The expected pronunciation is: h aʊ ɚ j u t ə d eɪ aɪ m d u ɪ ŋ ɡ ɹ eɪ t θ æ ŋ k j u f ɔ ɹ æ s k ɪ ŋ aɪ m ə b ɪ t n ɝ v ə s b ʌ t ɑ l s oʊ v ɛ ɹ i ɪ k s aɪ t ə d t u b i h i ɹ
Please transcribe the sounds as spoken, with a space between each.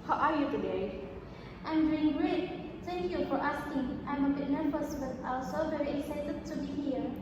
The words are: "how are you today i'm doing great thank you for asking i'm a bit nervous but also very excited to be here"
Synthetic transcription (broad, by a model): h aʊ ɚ j u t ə d eɪ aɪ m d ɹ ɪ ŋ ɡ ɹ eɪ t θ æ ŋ k j u f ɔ ɹ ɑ s k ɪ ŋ aɪ m ə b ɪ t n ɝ f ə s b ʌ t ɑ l s oʊ v ɛ ɹ i ɪ k s aɪ t ə d t u b i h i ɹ